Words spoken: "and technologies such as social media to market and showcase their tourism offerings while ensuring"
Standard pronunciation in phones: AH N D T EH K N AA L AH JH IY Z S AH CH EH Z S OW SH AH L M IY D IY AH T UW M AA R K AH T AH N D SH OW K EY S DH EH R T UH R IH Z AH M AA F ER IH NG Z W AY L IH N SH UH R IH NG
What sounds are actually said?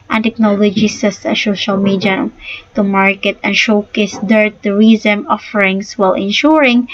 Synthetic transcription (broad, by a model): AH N T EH K N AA L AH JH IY S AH S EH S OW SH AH L M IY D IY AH T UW M AA R K AH T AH N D SH OW K EY S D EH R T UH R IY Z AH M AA F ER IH NG S W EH L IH N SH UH R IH NG